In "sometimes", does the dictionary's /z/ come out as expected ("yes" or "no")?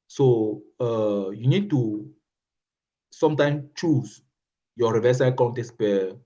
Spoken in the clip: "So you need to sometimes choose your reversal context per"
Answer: no